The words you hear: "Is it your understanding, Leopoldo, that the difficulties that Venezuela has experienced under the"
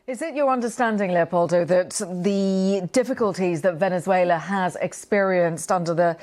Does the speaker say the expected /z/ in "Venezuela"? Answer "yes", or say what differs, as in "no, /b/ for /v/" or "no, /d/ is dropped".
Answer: yes